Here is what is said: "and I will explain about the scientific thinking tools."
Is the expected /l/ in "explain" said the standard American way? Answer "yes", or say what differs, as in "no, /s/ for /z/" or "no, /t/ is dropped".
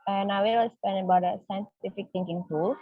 no, /l/ is dropped